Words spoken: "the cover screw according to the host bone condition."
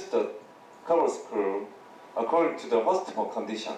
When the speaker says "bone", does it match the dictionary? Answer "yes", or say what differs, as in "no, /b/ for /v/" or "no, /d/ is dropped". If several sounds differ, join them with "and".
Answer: no, /l/ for /n/